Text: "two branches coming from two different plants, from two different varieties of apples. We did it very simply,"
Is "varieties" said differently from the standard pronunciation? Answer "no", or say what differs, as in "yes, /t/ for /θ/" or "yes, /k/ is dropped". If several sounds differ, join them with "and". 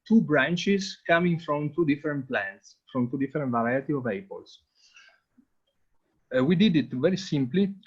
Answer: yes, /z/ is dropped